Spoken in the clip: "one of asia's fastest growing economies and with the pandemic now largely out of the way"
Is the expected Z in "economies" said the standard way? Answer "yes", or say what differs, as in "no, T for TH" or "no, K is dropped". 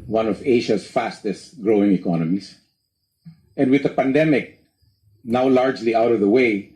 no, S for Z